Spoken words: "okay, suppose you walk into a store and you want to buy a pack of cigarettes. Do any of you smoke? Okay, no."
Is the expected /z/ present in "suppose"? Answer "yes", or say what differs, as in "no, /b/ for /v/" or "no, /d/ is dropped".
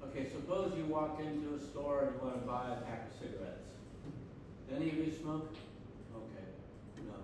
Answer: yes